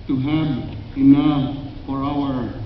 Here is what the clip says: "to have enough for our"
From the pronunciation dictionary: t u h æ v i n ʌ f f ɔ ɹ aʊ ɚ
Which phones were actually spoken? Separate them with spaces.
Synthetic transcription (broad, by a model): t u h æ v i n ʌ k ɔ l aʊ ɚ